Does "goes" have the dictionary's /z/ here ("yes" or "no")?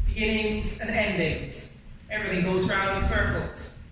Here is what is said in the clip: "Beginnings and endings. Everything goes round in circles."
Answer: yes